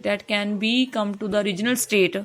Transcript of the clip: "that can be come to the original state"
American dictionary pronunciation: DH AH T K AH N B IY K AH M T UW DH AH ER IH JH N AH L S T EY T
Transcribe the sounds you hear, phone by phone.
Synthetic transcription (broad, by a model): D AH T K AH N B IY K AH M T UW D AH ER IH JH N AH L S T EY T